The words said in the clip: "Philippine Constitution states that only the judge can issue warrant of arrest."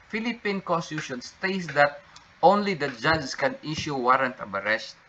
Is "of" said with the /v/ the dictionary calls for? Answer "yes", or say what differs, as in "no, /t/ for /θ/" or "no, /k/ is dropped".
no, /b/ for /v/